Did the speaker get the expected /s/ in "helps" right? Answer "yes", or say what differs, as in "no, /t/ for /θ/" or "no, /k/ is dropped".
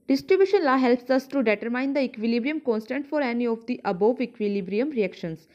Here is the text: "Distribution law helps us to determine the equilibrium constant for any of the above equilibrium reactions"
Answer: yes